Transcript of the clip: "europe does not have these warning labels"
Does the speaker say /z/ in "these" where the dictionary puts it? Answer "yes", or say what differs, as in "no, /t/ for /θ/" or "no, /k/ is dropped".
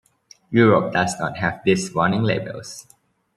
no, /s/ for /z/